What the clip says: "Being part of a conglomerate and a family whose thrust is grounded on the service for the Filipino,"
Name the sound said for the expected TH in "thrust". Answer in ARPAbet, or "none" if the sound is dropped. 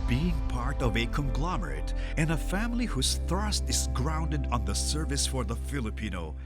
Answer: TH